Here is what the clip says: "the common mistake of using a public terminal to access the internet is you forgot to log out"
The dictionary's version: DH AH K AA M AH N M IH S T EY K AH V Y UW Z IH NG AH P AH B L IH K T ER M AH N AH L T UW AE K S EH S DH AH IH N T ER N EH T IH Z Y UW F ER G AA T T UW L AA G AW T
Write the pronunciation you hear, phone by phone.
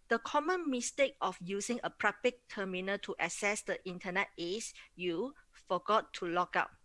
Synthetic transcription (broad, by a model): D AH K AA M AH N M IH S T EY K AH F Y UW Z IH NG AH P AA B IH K T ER M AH N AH T UW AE S EH S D AH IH N T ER N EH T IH S Y UW F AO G AA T T UW L AA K AW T